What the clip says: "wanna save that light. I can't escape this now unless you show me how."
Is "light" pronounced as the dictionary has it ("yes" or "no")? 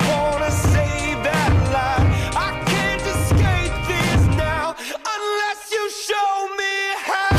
no